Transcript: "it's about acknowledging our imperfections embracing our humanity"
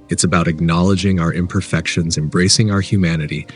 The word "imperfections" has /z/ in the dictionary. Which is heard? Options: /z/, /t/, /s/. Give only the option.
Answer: /z/